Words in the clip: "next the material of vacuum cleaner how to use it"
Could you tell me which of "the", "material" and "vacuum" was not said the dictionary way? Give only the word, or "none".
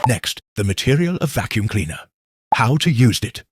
none